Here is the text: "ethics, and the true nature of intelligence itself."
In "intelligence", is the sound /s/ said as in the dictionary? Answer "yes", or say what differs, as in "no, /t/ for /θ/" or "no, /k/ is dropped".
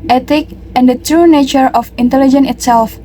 no, /s/ is dropped